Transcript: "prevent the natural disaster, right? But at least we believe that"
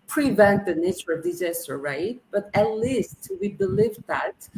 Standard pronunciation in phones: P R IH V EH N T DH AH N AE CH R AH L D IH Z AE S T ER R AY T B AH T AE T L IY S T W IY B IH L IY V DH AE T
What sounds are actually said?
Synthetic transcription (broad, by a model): P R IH V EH N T DH AH N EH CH AH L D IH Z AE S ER R AY T B AH T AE T L IY S T W IY B IH L IY V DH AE T